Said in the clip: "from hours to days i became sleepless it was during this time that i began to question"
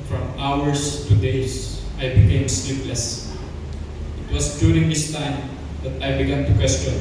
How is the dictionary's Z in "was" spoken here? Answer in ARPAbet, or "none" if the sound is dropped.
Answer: S